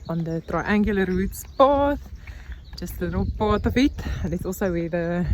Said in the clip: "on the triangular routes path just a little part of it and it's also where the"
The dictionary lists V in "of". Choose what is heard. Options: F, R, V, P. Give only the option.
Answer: F